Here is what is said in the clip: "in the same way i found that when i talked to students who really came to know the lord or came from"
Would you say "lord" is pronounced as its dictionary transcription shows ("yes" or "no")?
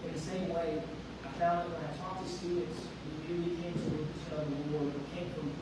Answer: no